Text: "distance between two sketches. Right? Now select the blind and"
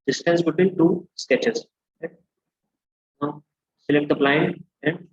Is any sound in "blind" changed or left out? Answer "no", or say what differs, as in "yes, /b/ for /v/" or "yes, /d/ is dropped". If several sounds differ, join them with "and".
yes, /d/ is dropped